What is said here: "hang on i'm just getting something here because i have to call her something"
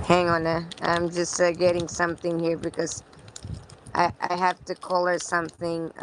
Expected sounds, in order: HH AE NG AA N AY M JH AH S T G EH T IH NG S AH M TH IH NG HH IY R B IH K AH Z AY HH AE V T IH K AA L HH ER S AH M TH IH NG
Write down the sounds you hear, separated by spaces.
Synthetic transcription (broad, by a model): HH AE NG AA N AY M JH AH S T G EH T IH NG S AH M TH IH NG HH IY R B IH K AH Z AY HH AE F T IH K AA L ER S AH M TH IH NG